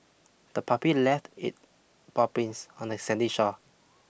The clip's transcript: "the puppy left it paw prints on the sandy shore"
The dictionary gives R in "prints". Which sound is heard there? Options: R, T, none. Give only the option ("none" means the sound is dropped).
none